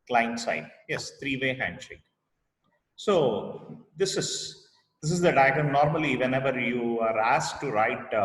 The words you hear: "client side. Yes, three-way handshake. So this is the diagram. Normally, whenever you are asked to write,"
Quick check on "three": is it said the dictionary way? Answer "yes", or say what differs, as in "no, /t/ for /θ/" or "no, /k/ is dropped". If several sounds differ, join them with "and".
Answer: no, /t/ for /θ/